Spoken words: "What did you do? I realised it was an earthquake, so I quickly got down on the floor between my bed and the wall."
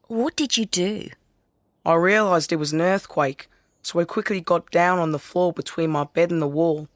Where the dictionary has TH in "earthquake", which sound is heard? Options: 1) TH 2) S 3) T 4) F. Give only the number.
1